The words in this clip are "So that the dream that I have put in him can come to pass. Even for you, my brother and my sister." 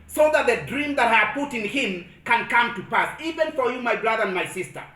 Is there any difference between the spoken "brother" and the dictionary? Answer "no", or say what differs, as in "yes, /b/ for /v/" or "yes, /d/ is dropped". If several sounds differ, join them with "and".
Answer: no